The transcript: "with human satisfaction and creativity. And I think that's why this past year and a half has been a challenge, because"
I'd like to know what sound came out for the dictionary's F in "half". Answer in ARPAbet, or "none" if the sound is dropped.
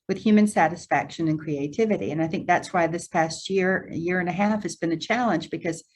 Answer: F